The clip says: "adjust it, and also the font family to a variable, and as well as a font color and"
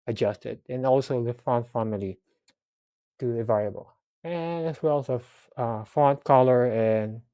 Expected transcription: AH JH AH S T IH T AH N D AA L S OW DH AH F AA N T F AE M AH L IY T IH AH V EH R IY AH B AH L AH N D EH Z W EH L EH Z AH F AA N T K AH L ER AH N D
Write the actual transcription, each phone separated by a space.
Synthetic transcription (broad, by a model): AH JH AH S T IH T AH N AA L S OW DH AH F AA N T F AE M AH L IY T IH AH V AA IY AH B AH L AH N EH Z W EH L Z AH F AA N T K AH L ER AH N